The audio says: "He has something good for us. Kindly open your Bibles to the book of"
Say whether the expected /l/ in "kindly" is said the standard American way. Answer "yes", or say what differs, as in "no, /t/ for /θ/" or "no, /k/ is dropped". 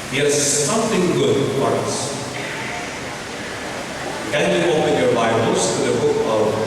no, /l/ is dropped